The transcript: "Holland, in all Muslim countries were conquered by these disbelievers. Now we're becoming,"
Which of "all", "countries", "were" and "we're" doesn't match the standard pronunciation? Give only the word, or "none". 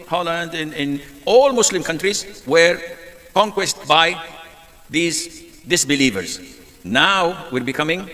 none